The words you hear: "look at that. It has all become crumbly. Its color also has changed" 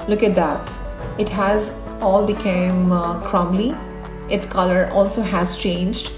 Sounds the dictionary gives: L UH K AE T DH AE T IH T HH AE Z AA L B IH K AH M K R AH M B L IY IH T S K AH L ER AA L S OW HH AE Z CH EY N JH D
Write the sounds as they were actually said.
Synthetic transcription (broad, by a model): L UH K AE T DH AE T IH T HH AE Z AA L B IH K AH M K R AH M L IY IH T S K AH L ER AA L S OW HH AE Z CH EY N JH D